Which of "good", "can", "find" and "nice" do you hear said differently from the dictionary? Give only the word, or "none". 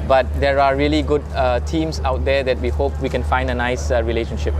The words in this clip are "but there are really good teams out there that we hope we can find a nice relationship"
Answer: none